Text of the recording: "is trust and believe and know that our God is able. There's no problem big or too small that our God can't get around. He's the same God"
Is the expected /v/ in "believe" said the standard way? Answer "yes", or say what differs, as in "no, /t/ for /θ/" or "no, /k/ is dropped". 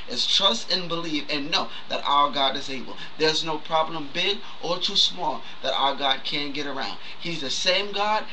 no, /f/ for /v/